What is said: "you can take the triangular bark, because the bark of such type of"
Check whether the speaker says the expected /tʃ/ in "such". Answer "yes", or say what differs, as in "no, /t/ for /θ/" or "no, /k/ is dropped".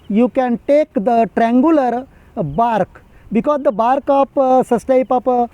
no, /s/ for /tʃ/